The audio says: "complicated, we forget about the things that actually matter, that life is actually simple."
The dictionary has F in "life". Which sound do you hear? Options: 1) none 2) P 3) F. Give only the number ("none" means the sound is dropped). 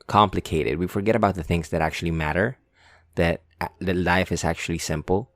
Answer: 3